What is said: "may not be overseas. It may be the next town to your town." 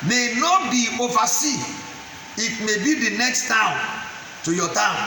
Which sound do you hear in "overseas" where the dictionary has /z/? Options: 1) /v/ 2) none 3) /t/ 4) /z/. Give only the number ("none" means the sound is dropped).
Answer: 2